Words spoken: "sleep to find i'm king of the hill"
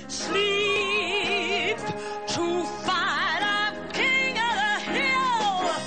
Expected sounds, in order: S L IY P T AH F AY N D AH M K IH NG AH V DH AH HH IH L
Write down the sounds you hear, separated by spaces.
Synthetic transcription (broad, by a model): S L IY P T AH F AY D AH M K IH NG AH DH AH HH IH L